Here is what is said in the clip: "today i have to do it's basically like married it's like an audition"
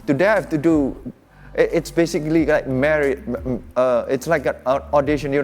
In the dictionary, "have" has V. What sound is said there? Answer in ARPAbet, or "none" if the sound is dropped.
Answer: F